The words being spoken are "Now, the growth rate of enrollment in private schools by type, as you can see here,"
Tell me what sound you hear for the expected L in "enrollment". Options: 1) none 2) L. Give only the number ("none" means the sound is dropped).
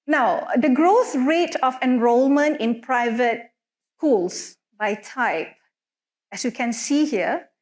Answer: 2